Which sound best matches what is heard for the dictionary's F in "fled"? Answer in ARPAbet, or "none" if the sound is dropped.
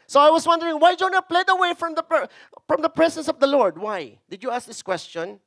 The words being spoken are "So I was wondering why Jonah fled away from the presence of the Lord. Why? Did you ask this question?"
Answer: P